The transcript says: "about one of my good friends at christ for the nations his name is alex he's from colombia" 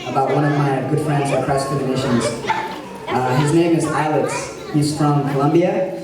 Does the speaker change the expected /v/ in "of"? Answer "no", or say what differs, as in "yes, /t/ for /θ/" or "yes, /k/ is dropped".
no